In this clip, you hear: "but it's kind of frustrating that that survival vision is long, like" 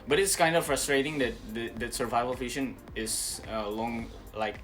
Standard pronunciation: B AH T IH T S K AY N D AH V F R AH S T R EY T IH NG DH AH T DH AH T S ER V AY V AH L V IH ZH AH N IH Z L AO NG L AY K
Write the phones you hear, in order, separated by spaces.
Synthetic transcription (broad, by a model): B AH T IH T S K AY N D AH F R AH S T R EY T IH NG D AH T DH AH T S ER V AY V AH L F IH SH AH N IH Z L AO NG L AY K